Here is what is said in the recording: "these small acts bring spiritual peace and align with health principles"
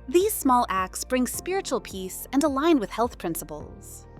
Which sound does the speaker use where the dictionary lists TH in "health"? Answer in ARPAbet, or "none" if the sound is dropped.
TH